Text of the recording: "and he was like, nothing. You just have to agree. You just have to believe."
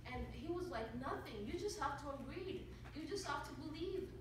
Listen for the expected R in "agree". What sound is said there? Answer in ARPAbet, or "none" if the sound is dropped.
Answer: R